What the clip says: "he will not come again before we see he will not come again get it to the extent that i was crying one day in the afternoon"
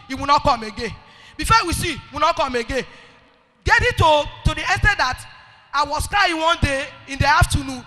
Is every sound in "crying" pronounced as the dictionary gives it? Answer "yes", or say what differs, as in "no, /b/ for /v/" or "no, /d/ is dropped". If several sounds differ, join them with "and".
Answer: no, /ɹ/ is dropped